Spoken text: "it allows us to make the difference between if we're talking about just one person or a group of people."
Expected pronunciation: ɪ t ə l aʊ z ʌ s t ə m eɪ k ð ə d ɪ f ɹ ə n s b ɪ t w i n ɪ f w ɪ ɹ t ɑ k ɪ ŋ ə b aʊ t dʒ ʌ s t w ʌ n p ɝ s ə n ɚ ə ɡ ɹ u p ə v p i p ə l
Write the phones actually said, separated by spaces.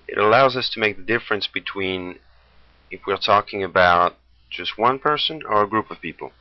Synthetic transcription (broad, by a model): ɪ t ə l aʊ z ʌ s t ə m eɪ k ð ə d ɪ f ɹ ə n s b ɪ t w i n ɪ f w ɪ ɹ t ɑ k ɪ ŋ ə b aʊ t dʒ ʌ s t w ʌ n p ɝ s ə n ɚ ə ɡ ɹ u p ə v p i p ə l